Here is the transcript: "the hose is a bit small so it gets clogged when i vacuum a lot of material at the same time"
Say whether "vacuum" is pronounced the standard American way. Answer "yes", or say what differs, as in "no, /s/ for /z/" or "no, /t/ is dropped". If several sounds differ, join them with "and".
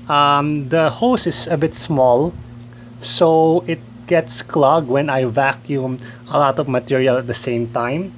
yes